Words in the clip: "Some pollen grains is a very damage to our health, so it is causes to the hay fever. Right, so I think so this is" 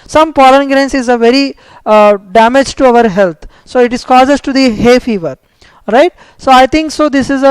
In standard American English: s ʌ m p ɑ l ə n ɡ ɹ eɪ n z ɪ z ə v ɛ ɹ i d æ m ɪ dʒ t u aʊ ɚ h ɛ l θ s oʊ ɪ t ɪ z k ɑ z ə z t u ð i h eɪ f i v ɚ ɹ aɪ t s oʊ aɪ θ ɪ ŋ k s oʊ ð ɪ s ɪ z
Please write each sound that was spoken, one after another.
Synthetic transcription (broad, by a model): s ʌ m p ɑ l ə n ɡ ɹ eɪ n s ɪ z ə v ɛ ɹ i d æ m ɪ dʒ t u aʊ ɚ h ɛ l t s oʊ ɪ t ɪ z k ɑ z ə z t u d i h eɪ f i v ɚ ɹ aɪ t s oʊ aɪ t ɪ ŋ k s oʊ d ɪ s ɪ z